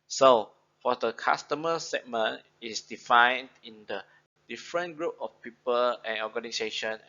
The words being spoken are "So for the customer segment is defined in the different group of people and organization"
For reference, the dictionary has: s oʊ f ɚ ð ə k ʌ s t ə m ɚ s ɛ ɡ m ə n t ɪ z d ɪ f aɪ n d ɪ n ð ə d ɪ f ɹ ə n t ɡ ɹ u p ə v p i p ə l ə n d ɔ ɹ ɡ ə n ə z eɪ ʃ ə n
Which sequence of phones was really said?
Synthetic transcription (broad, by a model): s oʊ f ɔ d ə k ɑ s t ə m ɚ s ɛ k m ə n ɪ s d ɪ f aɪ n d ɪ n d ə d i f ɹ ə n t ɡ ɹ u p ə f p i p ə l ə n ɔ ɡ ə n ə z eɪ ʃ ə n